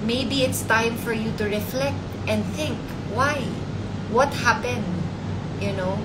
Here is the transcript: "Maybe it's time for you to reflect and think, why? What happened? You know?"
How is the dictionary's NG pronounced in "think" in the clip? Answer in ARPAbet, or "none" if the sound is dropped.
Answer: NG